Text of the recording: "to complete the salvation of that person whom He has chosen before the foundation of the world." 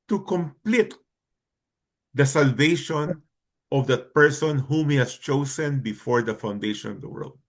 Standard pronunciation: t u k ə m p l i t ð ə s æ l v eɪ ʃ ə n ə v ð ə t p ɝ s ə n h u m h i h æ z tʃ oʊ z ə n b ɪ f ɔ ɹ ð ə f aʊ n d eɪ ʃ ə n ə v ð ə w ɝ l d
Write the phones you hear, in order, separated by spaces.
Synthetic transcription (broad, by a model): t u k ə m p l i t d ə s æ l v eɪ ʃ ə n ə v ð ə t p ɝ s ə n h u m h i h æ s tʃ oʊ s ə n b ɪ f ɔ ɹ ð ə f aʊ n d eɪ ʃ ə n ə v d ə w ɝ l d